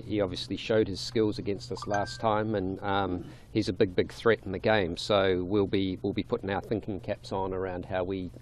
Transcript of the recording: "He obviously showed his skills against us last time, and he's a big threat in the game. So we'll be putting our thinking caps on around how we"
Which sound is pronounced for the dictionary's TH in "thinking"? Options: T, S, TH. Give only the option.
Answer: TH